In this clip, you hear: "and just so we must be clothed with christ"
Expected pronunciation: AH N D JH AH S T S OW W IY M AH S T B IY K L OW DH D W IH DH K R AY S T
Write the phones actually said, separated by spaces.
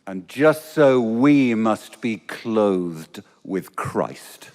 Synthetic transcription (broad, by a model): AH N JH AH S T S OW W IY M AH S T B IY K L OW DH D W IH DH K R AY S T